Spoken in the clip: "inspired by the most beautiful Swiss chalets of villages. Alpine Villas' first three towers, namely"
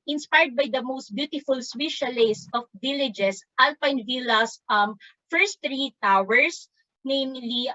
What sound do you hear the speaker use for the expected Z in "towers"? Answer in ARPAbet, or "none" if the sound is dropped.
S